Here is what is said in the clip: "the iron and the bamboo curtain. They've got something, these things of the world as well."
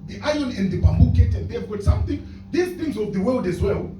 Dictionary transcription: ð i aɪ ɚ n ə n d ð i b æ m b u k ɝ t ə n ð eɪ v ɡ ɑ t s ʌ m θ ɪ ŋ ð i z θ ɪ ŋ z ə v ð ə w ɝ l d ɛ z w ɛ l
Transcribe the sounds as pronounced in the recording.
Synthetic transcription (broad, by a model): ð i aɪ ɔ n ə n d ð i b æ m b u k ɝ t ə n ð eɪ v ɡ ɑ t s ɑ m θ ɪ ŋ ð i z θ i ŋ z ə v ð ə w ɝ l d ɛ z w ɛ l